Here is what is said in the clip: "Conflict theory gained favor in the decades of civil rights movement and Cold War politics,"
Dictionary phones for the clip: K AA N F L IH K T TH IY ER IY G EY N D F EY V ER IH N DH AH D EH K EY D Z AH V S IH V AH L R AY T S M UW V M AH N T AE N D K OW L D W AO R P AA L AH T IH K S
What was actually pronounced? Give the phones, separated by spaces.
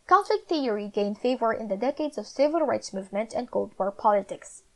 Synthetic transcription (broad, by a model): K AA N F L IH K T TH IY ER IY G EY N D F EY V ER IH N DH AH D EH K EY D Z AH V S IH V AH L R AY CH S M UW V M AH N T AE N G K OW L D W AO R P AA L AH T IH K S